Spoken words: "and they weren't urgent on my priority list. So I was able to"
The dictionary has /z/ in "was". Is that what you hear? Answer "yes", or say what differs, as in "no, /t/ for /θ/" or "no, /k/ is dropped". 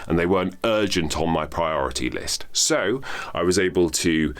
yes